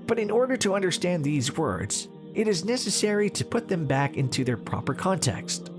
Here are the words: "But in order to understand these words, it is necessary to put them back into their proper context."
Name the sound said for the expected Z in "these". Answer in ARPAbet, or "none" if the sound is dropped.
Z